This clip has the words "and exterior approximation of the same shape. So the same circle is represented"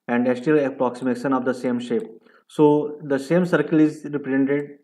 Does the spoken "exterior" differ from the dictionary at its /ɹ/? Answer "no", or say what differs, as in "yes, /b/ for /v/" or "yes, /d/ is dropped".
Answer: yes, /ɹ/ is dropped